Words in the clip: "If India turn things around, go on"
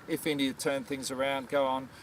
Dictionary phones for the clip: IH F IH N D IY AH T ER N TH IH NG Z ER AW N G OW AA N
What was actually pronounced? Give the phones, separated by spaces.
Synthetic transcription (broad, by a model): IH F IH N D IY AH T ER N TH IH NG Z ER AW N G OW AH N